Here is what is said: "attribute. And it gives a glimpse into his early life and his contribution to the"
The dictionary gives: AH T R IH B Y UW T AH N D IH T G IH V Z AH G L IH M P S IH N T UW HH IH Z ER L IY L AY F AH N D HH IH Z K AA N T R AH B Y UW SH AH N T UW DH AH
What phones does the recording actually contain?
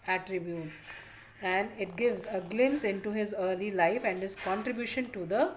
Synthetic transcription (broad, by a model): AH T R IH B Y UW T AH N D IH T G IH V Z AH G L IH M S IH N T UW HH IH Z ER L IY L AY F AH N D HH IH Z K AA N T R AH B Y UW SH AH N T UW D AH